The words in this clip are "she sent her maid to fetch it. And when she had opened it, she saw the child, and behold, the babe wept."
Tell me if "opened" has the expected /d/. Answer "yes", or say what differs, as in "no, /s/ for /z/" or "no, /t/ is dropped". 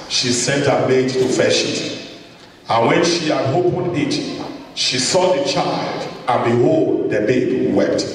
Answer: no, /d/ is dropped